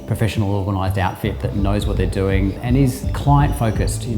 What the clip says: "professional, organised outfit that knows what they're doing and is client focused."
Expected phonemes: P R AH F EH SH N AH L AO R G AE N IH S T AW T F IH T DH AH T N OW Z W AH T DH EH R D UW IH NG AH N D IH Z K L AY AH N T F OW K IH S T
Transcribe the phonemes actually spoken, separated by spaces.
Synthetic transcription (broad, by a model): P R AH F EH SH N L AO R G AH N IH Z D AW T F IH T DH AH T N OW Z W AH T DH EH R D UW IH NG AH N IH Z K L AY AH N T F OW K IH S T